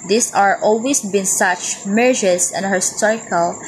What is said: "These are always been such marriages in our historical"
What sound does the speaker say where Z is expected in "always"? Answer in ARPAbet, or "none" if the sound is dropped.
S